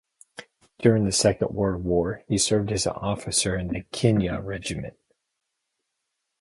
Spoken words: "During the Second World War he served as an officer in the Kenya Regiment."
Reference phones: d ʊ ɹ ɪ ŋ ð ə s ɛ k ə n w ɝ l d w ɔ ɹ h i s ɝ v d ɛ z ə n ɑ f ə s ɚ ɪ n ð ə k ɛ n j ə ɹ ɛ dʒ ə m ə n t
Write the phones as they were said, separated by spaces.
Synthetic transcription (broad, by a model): d ʊ ɹ ɪ ŋ ð ə s ɛ k ə n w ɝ d w ɔ ɹ h i s ɝ v d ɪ z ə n ɑ f ə s ɚ ɪ n ð ə k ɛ n j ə ɹ ɛ dʒ ə m ə n t